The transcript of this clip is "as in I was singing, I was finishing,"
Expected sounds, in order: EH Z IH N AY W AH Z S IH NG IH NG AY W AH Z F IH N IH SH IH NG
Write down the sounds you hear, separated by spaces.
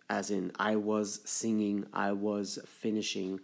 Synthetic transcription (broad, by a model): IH Z IH N AY W AH Z S IH NG IH NG AY W AH Z F IH N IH SH IH NG